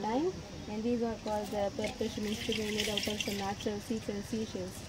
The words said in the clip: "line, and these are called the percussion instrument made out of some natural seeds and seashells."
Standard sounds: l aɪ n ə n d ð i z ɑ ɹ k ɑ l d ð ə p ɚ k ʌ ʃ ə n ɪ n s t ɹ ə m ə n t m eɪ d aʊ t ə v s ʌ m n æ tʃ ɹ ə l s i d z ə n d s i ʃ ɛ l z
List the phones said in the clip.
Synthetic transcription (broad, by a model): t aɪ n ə n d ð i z ɑ ɹ k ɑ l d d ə p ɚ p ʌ s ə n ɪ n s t ə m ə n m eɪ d aʊ t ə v s ʌ m n æ tʃ ɹ ə l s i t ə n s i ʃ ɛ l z